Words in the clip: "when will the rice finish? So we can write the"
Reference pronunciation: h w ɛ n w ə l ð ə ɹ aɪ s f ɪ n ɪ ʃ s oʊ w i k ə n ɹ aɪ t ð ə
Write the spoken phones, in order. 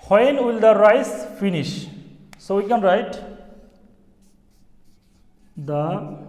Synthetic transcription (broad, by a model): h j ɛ n w ə l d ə ɹ aɪ s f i n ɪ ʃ s oʊ w i k ə n ɹ aɪ t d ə